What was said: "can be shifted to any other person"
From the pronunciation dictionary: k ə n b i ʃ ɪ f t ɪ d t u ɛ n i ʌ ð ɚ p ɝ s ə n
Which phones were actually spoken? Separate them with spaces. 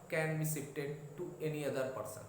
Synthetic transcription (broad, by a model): k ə n b i s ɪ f t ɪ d t u ɛ n i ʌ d ɚ p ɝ s ə n